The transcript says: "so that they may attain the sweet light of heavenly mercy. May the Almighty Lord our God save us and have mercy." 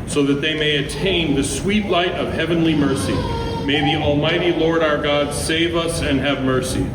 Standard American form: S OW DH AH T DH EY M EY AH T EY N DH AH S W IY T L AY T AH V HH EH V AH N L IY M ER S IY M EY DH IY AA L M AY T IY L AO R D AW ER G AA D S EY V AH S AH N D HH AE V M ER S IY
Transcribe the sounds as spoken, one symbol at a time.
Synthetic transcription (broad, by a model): S OW DH AH T DH EY M EY AH T EY N DH AH S W IY T L AY T AH V HH EH V AH N L IY M ER S IY M EY DH IY AA L M AY T IY L AO R D AW ER G AA D S EY V AH S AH N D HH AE V M ER S IY